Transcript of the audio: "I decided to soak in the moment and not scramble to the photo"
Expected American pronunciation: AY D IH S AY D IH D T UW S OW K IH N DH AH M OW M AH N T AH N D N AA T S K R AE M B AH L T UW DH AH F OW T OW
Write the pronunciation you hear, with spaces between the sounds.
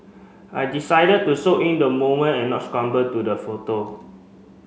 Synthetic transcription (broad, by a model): AY D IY S AY D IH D T UW S OW IH N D AH M OW M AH N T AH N N AA T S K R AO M B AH T UW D AH F OW T OW